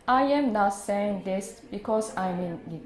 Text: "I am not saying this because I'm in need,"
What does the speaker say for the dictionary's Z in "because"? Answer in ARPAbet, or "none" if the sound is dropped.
S